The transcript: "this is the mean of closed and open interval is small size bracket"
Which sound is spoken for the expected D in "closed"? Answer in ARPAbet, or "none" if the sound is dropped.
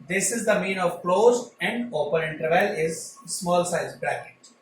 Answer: none